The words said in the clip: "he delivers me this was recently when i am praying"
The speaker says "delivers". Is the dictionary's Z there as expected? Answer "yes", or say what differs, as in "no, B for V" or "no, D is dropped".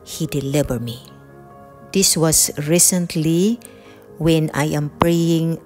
no, Z is dropped